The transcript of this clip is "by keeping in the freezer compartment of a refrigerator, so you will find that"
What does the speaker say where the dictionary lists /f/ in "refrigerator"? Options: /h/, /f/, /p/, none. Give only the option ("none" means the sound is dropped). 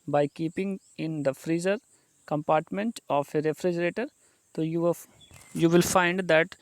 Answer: /f/